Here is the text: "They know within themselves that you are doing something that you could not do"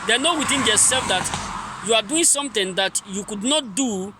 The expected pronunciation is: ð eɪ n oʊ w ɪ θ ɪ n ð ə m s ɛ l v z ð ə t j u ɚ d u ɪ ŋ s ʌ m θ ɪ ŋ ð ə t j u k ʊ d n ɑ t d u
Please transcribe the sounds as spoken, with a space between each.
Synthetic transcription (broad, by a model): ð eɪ n oʊ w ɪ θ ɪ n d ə s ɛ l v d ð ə t j u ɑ d u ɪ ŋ s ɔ m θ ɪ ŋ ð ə t j u k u d n ɑ t d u